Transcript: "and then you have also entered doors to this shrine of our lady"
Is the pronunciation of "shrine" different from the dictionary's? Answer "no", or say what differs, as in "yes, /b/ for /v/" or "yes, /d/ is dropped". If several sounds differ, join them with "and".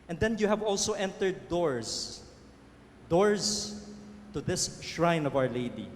no